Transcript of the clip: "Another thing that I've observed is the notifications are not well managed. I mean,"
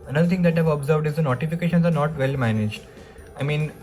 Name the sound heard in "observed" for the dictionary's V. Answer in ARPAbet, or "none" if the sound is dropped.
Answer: V